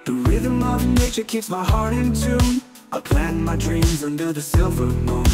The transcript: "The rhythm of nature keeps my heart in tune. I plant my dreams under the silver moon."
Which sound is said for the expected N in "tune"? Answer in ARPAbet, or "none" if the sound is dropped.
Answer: none